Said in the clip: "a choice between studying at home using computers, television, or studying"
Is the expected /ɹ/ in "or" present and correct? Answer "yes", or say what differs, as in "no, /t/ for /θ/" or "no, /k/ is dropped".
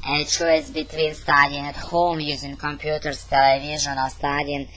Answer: no, /l/ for /ɹ/